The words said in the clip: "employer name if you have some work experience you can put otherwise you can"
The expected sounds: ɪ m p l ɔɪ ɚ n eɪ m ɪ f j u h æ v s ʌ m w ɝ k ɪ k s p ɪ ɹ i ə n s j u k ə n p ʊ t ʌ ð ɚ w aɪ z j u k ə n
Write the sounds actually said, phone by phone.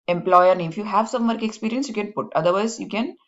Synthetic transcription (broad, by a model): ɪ m p l ɔɪ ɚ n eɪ ɪ f j u h æ v s ʌ m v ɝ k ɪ k s p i ɹ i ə n s j u k ə n p ʊ t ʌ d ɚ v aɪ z j u k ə n